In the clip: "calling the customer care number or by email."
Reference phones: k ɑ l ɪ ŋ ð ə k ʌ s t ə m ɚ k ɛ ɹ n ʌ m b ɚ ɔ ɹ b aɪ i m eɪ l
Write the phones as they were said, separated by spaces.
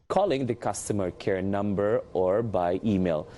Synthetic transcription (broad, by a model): k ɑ l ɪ ŋ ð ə k ʌ s t ə m ɚ k ɛ ɹ n ʌ m b ɚ ɔ ɹ b aɪ i m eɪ l